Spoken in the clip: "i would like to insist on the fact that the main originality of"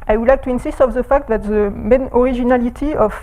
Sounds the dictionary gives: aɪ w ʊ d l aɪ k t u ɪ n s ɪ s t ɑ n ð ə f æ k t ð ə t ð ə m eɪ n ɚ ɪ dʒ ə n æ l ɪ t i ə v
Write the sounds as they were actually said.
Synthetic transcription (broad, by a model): aɪ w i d l aɪ k t u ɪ n s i s t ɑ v ð ə f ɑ k t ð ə t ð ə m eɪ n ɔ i ʒ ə n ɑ l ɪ t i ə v